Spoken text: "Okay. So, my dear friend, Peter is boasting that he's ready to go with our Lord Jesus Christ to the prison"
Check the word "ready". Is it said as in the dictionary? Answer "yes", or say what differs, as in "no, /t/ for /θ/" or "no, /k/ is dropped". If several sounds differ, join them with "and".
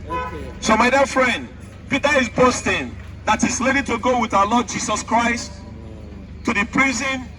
no, /l/ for /ɹ/